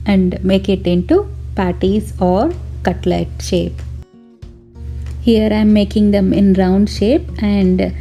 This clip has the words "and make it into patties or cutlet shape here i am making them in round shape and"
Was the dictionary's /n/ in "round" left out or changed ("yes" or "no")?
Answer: no